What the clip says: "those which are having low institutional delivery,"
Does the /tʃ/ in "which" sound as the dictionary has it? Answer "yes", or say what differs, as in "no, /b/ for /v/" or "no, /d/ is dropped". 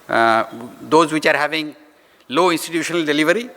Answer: yes